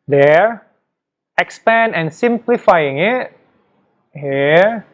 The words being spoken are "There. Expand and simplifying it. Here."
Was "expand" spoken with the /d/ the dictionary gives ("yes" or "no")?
no